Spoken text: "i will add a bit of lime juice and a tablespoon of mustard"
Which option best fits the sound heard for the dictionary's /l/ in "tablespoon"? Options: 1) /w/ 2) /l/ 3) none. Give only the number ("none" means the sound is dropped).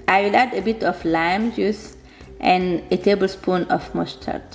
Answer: 2